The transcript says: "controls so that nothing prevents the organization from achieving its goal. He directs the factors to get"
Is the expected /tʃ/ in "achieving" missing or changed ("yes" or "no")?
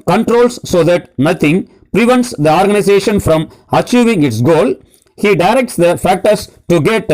no